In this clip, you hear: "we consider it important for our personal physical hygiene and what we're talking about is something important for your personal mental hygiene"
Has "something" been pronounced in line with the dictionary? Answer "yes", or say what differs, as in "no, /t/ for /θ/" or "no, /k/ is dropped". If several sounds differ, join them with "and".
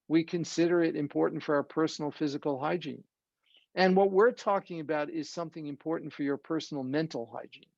yes